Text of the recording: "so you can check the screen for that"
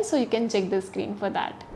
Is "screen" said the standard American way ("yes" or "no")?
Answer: yes